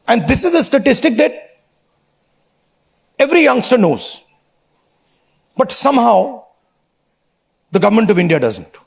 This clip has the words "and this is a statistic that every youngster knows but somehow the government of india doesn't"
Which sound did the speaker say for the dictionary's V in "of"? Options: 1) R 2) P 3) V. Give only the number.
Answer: 3